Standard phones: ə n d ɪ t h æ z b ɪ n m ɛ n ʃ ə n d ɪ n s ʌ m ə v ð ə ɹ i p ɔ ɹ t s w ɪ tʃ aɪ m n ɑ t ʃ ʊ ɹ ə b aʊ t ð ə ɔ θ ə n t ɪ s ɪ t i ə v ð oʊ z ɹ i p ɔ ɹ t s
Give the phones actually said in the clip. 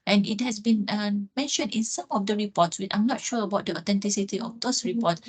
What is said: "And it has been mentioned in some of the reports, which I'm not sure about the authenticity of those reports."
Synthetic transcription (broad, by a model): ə n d ɪ t h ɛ s b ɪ n m ɛ n ʃ ə n d ɪ n s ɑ m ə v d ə ɹ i p ɔ t s w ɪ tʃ aɪ m n ɑ t ʃ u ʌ ə b aʊ t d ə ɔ t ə n t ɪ s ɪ t i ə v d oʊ s ɹ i p ɔ t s